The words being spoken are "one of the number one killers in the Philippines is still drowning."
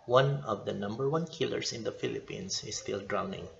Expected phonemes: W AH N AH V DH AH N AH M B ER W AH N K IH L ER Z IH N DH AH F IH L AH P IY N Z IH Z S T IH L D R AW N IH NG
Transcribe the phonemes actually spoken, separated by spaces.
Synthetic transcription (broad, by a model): W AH N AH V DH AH N AH M B ER W AH N K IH L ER S IH N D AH F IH L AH P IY N S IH S T IH L D R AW N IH NG